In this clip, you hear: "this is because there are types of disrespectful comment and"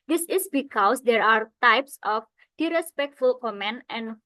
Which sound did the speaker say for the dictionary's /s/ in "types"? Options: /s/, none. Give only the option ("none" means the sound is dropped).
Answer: /s/